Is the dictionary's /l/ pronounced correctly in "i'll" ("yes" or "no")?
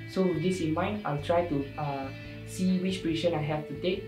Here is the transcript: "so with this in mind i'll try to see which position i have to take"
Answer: yes